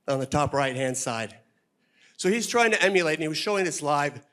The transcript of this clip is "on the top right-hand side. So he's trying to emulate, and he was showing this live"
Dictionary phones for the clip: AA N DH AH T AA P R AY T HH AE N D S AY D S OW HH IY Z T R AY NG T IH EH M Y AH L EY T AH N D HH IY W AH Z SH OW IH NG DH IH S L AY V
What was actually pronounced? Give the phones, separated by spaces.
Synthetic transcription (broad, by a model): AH N DH AH T AA P R AY T HH AE N D S AY D S OW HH IY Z T R AY NG T IH EH M Y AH L EY AH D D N IY W AH Z SH OW IH NG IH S L AY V